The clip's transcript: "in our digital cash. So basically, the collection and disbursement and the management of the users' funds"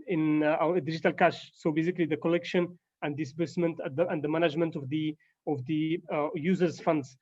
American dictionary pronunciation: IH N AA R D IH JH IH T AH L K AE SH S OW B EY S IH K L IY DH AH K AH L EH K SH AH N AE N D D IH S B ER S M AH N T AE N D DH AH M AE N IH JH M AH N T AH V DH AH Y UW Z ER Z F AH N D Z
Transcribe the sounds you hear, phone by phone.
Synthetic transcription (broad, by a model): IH N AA W D IH JH IH T AH L K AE SH S OW B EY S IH K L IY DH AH K AH L EH K SH AH N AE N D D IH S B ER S M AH N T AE N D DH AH M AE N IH JH M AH N T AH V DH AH Y UW Z ER Z F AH N D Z